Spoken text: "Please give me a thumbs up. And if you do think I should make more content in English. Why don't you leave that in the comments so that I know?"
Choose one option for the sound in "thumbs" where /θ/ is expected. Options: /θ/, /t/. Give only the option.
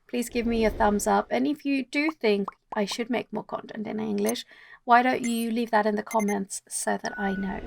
/θ/